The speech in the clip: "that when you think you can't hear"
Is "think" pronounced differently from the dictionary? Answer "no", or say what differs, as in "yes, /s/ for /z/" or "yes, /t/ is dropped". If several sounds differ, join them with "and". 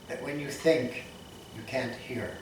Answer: no